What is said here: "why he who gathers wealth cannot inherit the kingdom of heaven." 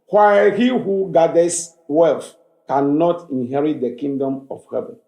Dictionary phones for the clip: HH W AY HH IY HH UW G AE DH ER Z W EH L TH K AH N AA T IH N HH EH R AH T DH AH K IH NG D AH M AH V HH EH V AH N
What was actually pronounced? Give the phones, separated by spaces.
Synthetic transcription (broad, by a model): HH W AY HH IY HH UW G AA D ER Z W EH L F K AH N AA T IH N HH EH R AH T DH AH K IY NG D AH M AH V HH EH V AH N